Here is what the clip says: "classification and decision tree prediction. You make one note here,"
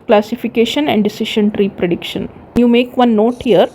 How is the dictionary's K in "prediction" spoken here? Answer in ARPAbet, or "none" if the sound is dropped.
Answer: K